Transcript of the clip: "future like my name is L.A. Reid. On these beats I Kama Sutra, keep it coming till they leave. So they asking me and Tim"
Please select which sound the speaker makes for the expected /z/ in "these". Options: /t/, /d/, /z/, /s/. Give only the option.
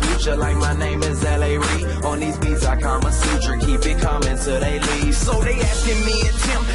/z/